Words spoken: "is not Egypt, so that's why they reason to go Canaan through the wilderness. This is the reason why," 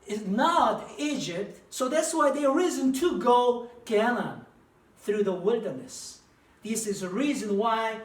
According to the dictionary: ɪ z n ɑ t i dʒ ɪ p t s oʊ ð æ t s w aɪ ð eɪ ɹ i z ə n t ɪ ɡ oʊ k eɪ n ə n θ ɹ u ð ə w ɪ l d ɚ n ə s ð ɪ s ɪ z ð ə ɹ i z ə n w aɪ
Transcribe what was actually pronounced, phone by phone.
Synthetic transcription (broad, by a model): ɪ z n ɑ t i dʒ ɪ p t s oʊ ð æ t s w aɪ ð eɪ ɹ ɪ z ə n t ɪ ɡ oʊ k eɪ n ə n θ ɹ u ð ə w ɪ l d ɚ n ə s ð ɪ s ɪ z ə ɹ i z ə n w aɪ